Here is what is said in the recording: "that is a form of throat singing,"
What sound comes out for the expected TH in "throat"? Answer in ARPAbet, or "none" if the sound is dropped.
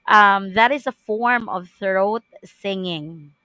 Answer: TH